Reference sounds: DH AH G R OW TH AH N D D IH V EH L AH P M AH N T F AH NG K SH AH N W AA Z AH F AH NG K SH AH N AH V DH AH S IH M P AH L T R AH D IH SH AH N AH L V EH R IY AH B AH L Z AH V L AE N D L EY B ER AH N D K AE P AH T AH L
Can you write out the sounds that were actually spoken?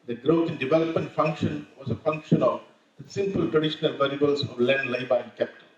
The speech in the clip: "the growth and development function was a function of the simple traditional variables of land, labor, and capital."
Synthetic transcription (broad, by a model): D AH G R OW T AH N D D IH V EH L AH P M AH N T F AH NG K SH AH N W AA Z AH F AH NG K SH AH N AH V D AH S IH M P AH L T R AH D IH SH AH N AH L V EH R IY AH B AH L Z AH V L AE N D L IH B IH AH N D K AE P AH T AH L